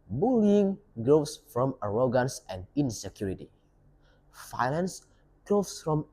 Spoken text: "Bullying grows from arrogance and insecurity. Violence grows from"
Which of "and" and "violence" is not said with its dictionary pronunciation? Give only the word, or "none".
violence